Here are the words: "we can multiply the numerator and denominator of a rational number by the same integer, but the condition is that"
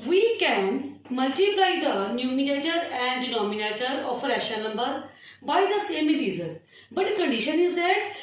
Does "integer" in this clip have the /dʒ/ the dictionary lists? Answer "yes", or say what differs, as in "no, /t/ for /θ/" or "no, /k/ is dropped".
no, /z/ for /dʒ/